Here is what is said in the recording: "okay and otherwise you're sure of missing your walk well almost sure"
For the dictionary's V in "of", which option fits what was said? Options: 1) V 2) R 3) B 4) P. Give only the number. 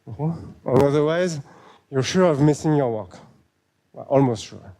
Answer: 1